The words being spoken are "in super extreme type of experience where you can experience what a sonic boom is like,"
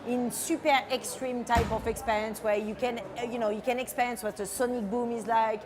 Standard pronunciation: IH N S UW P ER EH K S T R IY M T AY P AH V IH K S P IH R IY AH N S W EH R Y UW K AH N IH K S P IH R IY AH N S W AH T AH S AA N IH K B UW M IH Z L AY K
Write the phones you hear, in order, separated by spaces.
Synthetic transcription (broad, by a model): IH N S UW P ER EH K S T R IY M T AY P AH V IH K S P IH R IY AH N S W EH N Y UW K AH N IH K S P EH R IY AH N S W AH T AH S AA N IH K B UW M IH Z L AY K